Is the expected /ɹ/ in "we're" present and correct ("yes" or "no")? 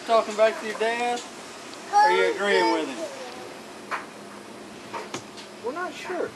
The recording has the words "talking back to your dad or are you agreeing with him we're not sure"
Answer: no